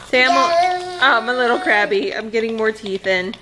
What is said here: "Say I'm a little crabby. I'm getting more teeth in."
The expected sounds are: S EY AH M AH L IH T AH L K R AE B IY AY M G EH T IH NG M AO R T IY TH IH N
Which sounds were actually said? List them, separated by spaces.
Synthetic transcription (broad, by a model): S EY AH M AH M IH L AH L K R AE B IY AY M G EH T IH NG M AO R T IY TH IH N